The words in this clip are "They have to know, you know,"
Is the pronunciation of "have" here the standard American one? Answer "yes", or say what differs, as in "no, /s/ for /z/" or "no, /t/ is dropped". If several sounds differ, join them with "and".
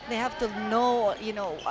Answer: no, /f/ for /v/